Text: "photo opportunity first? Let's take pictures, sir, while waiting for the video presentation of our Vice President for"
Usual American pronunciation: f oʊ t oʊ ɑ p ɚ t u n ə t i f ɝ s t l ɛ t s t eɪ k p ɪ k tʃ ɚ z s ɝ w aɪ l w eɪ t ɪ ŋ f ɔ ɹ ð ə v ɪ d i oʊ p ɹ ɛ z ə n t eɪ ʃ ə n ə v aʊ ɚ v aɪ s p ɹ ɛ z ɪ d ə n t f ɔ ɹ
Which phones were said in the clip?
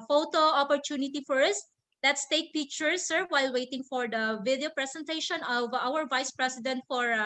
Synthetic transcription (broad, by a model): f oʊ t oʊ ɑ p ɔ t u n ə t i f ɝ s t l ɛ t s t eɪ k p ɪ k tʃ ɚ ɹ s ɝ w aɪ l w eɪ t ɪ ŋ f ɔ ɹ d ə v ɪ d i oʊ p ɹ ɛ s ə n t eɪ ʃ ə n ə v aʊ ɚ v aɪ s p ɹ ɛ s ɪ d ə n t f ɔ ɹ